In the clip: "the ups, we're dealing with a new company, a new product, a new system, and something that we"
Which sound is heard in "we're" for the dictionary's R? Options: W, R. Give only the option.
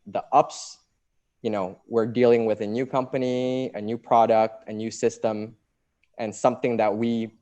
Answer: R